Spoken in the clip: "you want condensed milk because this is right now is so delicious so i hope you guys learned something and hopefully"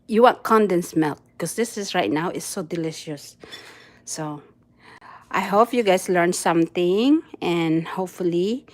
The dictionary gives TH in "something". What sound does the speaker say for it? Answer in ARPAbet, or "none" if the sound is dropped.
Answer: T